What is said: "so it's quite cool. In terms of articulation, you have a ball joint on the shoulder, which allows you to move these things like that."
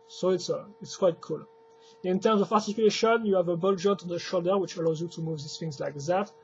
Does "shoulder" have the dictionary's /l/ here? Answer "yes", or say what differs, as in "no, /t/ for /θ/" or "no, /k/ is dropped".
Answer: yes